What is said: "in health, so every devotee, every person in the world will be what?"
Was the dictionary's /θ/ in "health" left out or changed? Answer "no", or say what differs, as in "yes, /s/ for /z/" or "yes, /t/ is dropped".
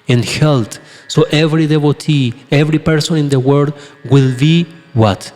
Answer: yes, /t/ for /θ/